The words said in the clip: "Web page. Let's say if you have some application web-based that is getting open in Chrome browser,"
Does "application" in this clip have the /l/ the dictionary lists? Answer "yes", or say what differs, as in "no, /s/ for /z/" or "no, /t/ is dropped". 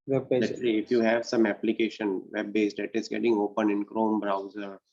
yes